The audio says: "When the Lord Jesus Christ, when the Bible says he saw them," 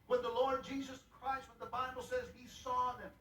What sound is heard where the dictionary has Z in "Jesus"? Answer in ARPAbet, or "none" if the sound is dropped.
Z